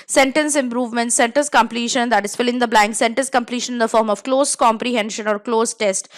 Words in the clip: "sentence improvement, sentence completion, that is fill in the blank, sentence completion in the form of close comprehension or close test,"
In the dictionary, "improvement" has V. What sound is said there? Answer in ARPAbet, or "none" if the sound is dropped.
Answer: V